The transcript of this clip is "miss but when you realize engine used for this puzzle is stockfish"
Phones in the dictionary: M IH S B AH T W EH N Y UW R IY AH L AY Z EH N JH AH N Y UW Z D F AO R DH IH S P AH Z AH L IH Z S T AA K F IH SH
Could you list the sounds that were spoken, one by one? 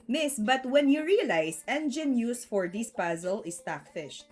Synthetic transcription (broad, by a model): M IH S B AH T W EH N Y UW R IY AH L AY S EH N JH AH N Y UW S F AO R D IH S P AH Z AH L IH S T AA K F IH SH